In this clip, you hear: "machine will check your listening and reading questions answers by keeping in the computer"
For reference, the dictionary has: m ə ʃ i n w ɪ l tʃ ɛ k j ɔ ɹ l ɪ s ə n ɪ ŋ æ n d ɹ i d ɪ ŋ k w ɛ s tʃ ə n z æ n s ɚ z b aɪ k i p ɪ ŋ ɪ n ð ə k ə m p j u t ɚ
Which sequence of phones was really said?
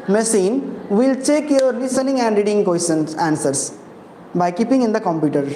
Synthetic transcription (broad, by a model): m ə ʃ i n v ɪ l tʃ ɛ k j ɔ ɹ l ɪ s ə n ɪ ŋ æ n d ɹ i d ɪ ŋ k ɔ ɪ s ə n æ n s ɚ s b aɪ k i p ɪ ŋ ɪ n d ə k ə m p j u t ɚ